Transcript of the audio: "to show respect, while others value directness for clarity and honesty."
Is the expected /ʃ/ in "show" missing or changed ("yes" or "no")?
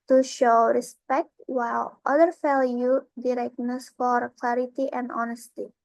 no